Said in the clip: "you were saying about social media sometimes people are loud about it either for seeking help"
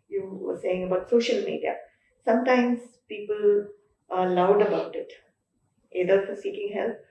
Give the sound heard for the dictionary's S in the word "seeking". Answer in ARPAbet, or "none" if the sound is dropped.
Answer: S